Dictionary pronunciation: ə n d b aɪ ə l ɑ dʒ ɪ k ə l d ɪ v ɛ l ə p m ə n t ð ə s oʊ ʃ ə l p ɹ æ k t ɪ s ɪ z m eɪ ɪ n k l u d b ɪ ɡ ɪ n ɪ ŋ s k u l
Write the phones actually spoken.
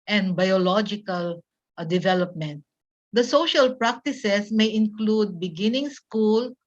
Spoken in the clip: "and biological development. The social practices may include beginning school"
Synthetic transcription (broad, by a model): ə n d b aɪ ə l ɑ dʒ ɪ k ə l d ɪ v ɛ l ə p m ə n t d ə s oʊ ʃ ə l p ɹ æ k t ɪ s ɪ s m eɪ ɪ n k l u d b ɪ ɡ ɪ n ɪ ŋ s k u l